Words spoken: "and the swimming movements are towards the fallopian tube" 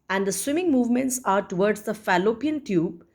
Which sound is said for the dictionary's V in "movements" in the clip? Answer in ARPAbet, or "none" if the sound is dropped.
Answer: V